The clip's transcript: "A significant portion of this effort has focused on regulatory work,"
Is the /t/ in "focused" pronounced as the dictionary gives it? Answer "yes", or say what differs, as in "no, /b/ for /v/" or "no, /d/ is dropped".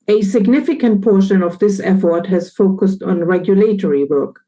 yes